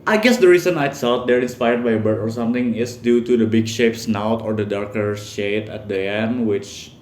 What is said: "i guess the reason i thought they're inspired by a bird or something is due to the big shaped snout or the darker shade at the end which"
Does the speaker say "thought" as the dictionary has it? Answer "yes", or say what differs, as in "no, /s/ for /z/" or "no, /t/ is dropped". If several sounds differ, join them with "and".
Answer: no, /s/ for /θ/